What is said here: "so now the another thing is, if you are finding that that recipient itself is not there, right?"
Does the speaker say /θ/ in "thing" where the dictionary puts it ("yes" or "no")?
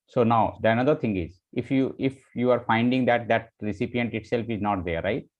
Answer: no